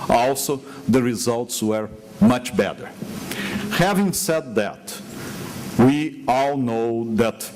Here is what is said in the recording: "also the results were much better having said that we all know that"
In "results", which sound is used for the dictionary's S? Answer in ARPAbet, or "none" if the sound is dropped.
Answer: S